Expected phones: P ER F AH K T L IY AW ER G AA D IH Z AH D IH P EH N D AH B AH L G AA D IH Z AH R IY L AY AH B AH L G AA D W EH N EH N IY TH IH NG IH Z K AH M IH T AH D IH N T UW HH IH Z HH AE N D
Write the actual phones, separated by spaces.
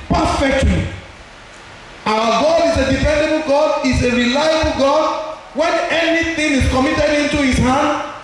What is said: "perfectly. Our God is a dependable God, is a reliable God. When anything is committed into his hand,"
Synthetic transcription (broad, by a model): P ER F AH K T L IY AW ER G AA D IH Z AH D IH F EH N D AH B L G AA D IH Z AH R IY L AY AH B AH L G AA D W EH N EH N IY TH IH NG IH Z K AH M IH T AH D IH N T UW HH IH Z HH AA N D